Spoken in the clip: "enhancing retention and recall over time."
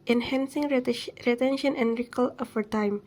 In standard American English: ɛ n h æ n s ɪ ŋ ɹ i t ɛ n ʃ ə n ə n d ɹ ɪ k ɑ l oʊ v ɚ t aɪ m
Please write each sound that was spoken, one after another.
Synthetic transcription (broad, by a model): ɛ n h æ n s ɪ ŋ ɹ i t ɛ n ʃ ə n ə n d ɹ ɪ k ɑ l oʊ f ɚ t aɪ m